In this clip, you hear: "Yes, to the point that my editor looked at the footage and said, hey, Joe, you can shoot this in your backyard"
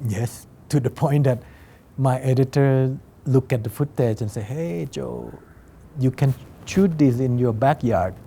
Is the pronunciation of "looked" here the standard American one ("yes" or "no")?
no